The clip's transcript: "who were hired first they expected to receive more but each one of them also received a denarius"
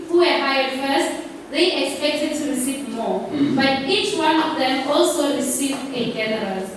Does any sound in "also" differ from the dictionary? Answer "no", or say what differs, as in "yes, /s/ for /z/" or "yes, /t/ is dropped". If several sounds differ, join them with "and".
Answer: no